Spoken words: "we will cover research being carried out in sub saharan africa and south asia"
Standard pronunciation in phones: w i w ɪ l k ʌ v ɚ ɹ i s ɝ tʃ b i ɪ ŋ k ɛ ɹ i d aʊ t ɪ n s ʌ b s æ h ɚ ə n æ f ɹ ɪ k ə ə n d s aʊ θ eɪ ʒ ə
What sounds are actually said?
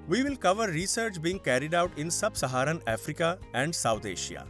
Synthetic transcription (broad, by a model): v i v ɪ l k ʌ v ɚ ɹ i s ɝ tʃ b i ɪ ŋ k ɛ ɹ i d aʊ t ɪ n s ʌ b s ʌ h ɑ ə n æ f ɹ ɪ k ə ə n d s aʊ t eɪ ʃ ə